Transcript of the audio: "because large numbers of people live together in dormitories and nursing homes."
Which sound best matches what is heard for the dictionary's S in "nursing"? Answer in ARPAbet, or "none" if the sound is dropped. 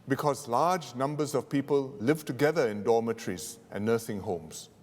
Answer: TH